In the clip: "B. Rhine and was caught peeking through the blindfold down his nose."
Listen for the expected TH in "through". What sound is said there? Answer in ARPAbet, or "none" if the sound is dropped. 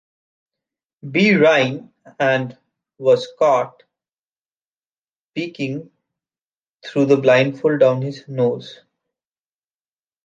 T